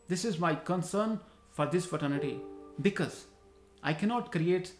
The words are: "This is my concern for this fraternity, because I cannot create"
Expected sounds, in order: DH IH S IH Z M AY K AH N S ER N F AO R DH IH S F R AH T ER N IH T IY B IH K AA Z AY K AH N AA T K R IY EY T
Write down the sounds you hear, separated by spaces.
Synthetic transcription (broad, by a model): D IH S IH Z M AY K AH N S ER N F AO R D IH S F AH T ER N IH T IY B IH K AA Z AY K AH N AA T K R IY EY T